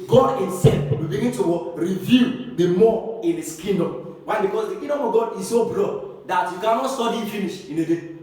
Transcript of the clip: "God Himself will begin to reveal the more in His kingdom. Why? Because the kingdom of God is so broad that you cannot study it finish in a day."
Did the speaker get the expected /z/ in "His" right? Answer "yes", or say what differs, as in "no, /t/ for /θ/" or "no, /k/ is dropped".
no, /s/ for /z/